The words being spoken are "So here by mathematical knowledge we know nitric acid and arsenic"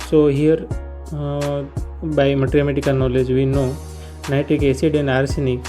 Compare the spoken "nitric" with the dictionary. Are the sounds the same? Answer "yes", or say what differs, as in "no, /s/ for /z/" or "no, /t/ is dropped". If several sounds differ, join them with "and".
no, /ɹ/ is dropped